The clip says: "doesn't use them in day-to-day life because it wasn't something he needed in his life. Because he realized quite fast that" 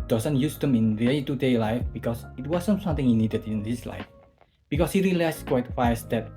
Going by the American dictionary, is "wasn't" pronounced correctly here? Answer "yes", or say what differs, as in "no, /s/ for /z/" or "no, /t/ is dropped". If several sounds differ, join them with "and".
no, /s/ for /z/